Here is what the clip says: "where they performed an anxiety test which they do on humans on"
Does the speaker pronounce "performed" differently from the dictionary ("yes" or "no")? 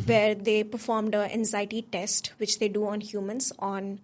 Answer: no